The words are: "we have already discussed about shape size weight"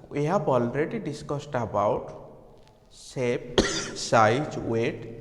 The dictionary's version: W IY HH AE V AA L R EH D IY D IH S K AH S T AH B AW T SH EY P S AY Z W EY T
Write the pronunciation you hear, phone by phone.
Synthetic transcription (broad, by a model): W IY HH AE B AA L R EH D IY D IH S K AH S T AH B AW T S EY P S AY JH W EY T